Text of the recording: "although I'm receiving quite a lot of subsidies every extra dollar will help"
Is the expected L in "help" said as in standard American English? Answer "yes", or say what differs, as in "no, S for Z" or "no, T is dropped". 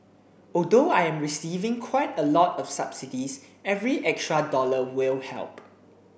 yes